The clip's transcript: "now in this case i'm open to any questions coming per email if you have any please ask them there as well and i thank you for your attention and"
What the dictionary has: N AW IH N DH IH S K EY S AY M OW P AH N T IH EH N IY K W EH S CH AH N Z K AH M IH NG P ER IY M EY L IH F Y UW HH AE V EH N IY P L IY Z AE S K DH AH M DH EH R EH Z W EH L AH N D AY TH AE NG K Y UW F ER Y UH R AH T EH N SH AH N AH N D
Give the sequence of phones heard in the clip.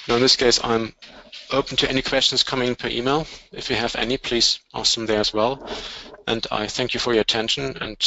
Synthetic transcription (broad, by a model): N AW IH N DH IH S K EY S AY M OW P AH N T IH EH N IY K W EH S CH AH N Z K AH M IH NG P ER IY M EY L IH F Y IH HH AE V EH N IY P L IY Z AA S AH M DH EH R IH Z W EH L AH N D AY TH AE NG K Y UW F ER Y AH T EH N SH AH N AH N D